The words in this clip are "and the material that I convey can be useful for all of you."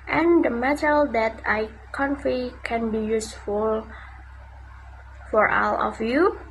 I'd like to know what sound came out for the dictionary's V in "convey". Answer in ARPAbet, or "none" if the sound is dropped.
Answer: F